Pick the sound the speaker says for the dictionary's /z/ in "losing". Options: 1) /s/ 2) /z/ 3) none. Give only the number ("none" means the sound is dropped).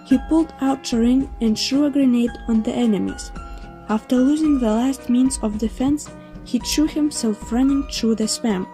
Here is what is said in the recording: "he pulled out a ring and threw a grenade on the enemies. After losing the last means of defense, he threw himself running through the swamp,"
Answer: 2